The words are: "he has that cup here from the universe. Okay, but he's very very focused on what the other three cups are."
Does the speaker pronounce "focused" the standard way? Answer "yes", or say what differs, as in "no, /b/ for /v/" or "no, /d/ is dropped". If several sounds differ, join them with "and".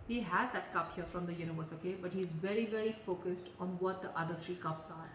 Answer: yes